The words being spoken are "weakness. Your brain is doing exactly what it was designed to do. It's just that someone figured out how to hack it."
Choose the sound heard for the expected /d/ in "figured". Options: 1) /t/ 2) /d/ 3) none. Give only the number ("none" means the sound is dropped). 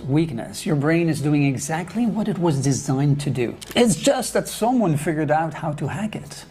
2